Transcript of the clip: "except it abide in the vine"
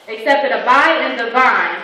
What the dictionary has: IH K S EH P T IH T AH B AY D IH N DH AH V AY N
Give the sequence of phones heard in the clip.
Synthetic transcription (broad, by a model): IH K S EH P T IH T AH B AY IH N DH AH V AY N